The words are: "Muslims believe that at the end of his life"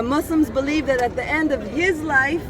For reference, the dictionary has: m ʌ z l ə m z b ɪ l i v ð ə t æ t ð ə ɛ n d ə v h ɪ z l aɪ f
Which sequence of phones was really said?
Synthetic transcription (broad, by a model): m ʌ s l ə m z b ɪ l i v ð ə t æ t ð ə ɛ n d ə v h ɪ z l aɪ f